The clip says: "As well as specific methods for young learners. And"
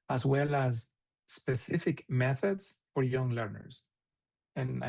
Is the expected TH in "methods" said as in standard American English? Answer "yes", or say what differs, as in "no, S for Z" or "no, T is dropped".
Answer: yes